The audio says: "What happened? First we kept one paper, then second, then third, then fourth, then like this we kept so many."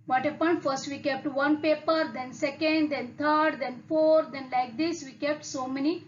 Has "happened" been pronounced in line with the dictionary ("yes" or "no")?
no